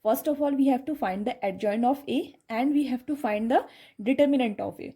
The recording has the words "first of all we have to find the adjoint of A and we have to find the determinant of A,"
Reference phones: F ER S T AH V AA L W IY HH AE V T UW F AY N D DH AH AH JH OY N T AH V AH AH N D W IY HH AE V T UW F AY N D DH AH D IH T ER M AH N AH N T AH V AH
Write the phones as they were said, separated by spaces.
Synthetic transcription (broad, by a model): F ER S T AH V AA L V IY HH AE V T UW F AY N D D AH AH JH OY N AH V AH AH N D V IY HH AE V T UW F AY N D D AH D IH T ER M AH N AH N T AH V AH